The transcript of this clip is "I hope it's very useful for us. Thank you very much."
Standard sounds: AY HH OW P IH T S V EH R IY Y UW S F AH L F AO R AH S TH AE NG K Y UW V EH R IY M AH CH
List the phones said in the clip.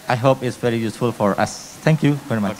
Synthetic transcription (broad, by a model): AY HH OW P IH T S V EH R IY Y UW S F AH L F AO R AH S T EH NG K Y UW V EH R IY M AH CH